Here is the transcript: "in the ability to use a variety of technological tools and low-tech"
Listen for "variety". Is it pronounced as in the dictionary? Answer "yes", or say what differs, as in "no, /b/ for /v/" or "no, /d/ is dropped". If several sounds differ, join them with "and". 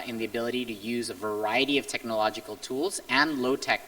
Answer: yes